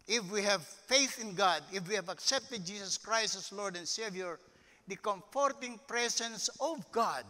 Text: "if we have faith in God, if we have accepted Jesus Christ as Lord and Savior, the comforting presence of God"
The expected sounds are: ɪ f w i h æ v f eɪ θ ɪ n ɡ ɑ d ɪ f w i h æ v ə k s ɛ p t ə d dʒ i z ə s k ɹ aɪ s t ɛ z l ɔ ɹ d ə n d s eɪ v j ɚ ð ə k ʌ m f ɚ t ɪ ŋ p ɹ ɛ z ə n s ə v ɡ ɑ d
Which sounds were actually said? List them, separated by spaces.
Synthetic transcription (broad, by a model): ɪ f w i h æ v f eɪ θ ɪ n ɡ ɑ d ɪ f w i h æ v ə k s ɛ p t ə d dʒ i s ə s k ɹ aɪ s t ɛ s l ɔ ɹ d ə n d s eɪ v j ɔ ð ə k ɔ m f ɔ t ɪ ŋ p ɹ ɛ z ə n s ə v ɡ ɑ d